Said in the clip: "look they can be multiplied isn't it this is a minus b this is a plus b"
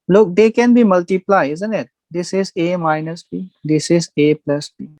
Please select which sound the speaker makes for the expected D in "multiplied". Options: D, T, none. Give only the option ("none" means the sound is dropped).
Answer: none